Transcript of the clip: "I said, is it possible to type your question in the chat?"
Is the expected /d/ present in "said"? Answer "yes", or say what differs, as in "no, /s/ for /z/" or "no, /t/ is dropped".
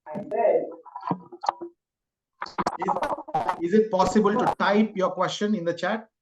no, /d/ is dropped